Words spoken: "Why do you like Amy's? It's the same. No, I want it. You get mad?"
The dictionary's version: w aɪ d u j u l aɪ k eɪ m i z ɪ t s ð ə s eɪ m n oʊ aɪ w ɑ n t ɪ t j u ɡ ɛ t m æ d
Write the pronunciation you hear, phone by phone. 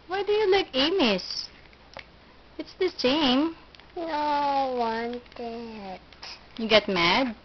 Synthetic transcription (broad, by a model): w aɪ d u j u l aɪ k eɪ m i s ɪ t s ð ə s eɪ m n oʊ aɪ w ɑ n t ɪ t j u ɡ ɛ t m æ d